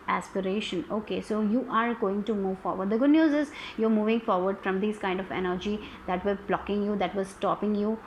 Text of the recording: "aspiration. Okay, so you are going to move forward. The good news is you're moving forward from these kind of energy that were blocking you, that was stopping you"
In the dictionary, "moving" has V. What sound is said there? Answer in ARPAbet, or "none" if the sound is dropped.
V